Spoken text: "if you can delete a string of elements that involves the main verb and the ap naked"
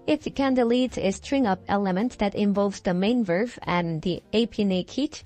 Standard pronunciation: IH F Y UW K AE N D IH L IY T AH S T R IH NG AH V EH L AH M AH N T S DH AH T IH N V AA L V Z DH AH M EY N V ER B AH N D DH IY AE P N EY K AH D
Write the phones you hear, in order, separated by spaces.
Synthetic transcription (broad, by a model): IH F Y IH K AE N D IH L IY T AH S T R IH NG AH P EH L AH M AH N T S DH AH T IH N V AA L V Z DH AH M EY N V ER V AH N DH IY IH P N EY K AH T